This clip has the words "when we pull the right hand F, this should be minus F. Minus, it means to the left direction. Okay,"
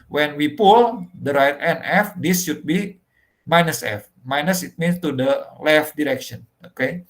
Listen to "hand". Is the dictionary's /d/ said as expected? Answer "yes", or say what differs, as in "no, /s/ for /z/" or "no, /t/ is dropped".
no, /d/ is dropped